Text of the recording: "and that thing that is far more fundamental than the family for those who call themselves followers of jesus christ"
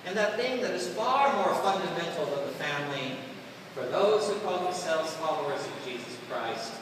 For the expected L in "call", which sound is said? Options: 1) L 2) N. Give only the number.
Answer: 2